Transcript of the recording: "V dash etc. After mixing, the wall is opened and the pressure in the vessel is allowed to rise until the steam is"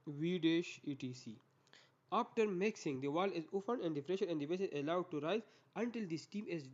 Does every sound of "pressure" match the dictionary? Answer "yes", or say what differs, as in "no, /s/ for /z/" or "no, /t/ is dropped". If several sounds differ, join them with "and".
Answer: no, /f/ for /p/